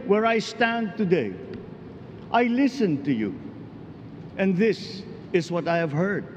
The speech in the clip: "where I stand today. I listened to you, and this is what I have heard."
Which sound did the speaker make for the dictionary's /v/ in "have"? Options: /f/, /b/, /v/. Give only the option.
/v/